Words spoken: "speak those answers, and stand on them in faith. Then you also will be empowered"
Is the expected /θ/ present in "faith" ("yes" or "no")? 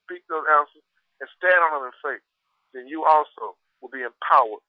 no